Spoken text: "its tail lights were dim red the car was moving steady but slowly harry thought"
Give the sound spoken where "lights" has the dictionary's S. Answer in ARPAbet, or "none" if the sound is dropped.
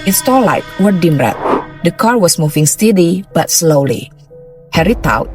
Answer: none